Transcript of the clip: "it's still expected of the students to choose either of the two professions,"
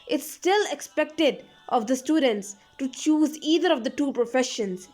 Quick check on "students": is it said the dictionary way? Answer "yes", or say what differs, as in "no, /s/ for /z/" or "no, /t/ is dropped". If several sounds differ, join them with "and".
yes